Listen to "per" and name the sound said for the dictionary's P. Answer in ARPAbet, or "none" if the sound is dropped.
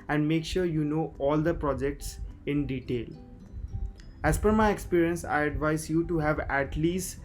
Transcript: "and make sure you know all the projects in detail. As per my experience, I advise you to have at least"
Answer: F